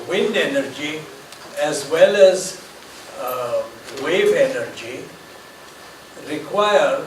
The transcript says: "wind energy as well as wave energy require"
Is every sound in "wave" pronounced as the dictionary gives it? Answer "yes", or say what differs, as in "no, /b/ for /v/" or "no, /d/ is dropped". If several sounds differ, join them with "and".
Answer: yes